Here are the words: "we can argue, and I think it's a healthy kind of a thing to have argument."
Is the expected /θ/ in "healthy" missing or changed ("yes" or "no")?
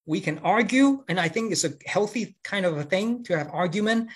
no